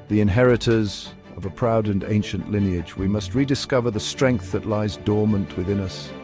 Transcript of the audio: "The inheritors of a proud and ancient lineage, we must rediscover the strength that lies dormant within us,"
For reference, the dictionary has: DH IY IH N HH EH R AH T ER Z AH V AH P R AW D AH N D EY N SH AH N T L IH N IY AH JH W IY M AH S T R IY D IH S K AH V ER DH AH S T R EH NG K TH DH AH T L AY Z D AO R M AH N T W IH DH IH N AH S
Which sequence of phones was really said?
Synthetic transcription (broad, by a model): DH IY IH N HH EH R AH T ER Z AH V AH P R AW D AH N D EY N SH AH N T L IH N IY AH JH W IY M AH S T R IY D IH S K AH V ER DH AH S T R EH NG K TH DH AH T L AY Z D AO R M AH N T W IH DH IH N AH S